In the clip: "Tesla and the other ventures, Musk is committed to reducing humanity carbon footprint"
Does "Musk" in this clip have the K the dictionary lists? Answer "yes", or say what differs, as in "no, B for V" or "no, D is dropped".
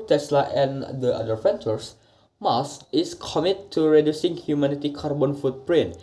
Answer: no, K is dropped